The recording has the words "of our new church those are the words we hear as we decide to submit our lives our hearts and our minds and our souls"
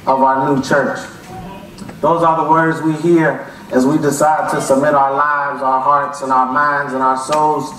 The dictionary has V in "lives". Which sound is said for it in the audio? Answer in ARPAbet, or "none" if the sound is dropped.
V